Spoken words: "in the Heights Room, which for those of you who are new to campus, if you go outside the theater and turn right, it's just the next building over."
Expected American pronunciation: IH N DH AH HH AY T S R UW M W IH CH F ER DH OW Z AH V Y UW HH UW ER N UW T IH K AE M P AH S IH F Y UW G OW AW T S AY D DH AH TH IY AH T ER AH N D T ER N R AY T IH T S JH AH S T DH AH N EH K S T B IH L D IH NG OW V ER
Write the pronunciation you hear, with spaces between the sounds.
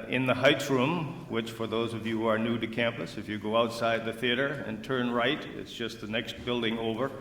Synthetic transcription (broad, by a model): IH N DH AH HH AY T S R UW M W IH CH F ER DH OW Z AH V Y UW HH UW ER N UW T IH K AE M P AH S IH F Y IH G OW AW T S AY D DH AH TH IY AH T ER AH N T ER N R AY T IH T S JH AH S T DH AH N EH K S T B IH L D IH NG OW V ER